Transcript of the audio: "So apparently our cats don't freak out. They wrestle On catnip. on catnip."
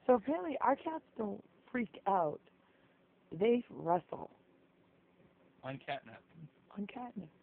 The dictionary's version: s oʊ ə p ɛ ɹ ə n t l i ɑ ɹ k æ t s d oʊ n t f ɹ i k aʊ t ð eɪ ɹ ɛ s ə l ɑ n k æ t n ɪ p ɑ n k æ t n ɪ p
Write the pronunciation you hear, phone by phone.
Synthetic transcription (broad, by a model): s oʊ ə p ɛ l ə t i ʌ ɹ k æ t s d oʊ n t f ɹ i k aʊ t ð eɪ ɹ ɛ s l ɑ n k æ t n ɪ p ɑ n k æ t n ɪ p